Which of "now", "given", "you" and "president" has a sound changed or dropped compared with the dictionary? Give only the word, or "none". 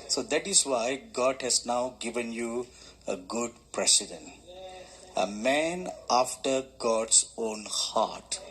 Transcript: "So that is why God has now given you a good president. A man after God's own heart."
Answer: president